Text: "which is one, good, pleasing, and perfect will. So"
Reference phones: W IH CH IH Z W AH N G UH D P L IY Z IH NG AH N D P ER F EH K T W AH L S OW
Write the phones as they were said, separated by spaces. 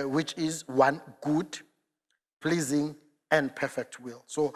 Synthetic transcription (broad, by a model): W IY CH IH Z W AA N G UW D P L IY Z IH NG AH N D P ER F EH K T W AH L S OW